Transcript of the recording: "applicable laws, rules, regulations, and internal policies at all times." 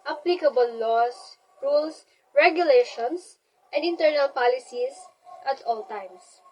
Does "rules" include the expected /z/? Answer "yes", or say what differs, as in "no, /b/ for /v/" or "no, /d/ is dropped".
no, /s/ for /z/